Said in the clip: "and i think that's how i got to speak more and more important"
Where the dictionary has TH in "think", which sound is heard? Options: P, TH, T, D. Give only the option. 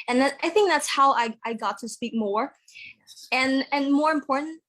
TH